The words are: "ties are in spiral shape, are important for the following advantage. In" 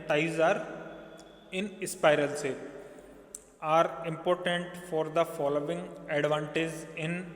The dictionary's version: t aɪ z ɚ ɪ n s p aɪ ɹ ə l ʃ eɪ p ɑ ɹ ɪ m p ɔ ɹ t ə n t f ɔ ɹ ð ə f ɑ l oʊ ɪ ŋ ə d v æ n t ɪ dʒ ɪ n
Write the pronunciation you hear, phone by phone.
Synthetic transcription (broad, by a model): t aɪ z ɚ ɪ n s p aɪ ɹ ə l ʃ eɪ ɑ ɹ ɪ m p ɔ ɹ t ə n t f ɔ ɹ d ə f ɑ l oʊ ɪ ŋ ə d v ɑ n t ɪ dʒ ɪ n